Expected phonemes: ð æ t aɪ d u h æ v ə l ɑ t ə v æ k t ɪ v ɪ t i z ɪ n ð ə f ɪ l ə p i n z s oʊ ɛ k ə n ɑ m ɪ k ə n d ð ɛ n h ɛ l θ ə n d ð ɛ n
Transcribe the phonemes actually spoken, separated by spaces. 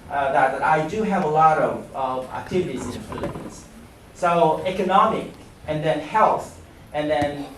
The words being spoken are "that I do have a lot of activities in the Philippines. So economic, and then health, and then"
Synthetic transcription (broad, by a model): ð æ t aɪ d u h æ v ə l ɑ t ə v æ k t ɪ v ɪ t i z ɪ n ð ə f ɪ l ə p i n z s oʊ ɛ k ə n ɑ m ɪ k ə n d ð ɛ n h ɛ l θ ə n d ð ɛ n